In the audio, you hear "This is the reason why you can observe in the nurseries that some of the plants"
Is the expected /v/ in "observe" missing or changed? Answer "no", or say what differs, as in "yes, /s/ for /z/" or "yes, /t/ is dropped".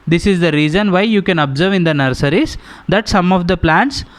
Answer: no